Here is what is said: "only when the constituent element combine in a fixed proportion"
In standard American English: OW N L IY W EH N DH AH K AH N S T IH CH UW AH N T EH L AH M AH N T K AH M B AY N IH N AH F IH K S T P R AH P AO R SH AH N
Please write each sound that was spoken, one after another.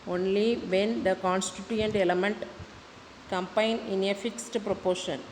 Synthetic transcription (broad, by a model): OW N L IY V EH N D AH K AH N S T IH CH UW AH N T EH L AH M AH N T K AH M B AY N IH N AH F IH K S T P R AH P AO R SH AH N